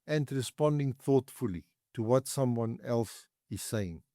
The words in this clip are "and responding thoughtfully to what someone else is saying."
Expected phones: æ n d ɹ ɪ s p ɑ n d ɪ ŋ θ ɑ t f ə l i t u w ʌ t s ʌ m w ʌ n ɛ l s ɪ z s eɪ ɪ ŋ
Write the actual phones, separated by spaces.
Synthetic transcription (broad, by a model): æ n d ɹ ɪ s p ɑ n d ɪ ŋ θ ɑ t f ə l i t u w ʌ t s ʌ m w ʌ n ɛ l s ɪ z s eɪ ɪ ŋ